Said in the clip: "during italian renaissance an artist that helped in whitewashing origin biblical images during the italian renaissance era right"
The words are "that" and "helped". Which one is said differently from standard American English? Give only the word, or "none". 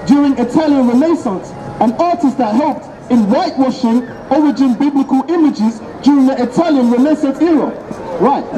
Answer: none